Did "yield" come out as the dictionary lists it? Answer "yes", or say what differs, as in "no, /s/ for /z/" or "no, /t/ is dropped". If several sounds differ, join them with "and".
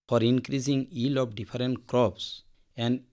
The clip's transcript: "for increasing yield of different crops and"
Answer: no, /d/ is dropped